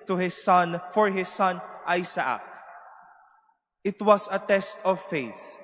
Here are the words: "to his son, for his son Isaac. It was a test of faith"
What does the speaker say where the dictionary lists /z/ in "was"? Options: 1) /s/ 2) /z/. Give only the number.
1